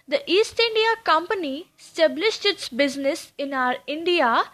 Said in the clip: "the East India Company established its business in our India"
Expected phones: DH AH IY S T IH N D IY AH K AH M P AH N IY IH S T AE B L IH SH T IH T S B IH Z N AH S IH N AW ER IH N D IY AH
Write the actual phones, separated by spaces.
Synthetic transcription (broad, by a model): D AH IY S T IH N D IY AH K AH M P AH N IY S T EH B L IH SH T IH T S B IH Z N AH S IH N AW ER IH N D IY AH